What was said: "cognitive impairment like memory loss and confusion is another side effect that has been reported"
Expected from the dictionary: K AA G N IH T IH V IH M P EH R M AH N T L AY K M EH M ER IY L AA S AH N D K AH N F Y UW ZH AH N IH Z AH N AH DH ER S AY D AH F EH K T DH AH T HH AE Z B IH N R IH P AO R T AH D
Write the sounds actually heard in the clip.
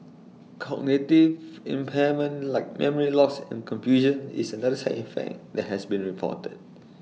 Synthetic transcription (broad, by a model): K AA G N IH T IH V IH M P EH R M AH N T L AY K M EH M ER IY L AA S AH N K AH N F Y UW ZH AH N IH S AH N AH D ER S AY AH F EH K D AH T HH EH S B IH N R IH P AO T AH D